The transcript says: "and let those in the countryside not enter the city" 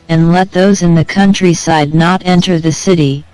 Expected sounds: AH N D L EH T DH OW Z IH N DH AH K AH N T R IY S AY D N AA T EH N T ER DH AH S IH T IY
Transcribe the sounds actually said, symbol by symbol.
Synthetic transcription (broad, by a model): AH N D L EH T DH OW Z IH N DH AH K AH N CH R IY S AY D N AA T EH N T ER DH AH S IH T IY